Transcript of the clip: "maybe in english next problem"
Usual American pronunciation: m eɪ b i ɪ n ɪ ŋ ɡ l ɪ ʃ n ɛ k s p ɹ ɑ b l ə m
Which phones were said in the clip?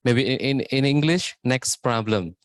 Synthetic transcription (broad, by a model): m eɪ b i ɪ n ɪ ŋ ɡ l ɪ ʃ n ɛ k s p ɹ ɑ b l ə m